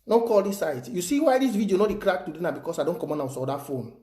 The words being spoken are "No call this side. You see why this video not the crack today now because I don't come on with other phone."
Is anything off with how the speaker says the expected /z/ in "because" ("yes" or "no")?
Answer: yes